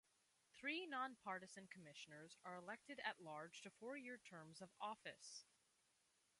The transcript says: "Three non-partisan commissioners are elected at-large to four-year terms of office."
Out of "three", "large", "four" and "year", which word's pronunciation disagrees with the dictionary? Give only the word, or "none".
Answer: none